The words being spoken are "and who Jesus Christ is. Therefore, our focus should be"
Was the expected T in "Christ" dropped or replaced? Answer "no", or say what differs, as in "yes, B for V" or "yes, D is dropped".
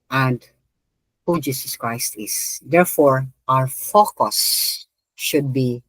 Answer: no